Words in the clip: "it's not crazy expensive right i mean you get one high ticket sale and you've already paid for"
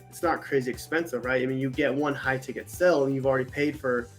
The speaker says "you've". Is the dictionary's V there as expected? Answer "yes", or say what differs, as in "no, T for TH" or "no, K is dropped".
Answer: yes